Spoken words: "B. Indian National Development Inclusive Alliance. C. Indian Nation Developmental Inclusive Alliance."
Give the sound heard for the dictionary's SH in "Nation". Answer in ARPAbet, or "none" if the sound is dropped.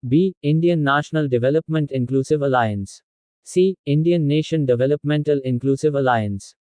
SH